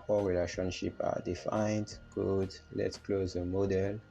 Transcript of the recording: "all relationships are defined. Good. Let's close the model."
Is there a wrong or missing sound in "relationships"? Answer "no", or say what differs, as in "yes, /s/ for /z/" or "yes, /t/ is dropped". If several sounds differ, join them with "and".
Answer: yes, /s/ is dropped